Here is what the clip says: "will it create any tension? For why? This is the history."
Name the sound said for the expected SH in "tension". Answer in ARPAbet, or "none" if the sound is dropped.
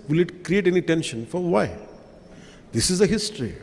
SH